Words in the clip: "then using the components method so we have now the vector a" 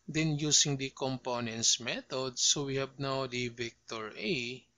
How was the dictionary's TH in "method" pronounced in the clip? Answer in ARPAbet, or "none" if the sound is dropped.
T